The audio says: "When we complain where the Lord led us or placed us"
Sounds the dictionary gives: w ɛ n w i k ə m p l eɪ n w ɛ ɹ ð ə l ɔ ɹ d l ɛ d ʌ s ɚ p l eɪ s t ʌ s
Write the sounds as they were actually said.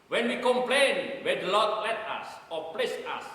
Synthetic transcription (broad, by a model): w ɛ n w i k ə m p l eɪ n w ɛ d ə l ɔ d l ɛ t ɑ s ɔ p l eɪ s ɑ s